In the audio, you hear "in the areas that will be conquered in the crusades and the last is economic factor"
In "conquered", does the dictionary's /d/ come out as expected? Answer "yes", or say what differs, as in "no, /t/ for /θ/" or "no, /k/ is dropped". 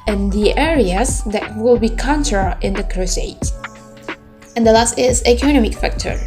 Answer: no, /d/ is dropped